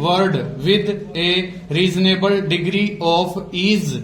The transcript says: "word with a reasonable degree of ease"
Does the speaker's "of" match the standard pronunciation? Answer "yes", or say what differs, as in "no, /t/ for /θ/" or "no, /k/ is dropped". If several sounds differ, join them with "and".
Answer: no, /p/ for /v/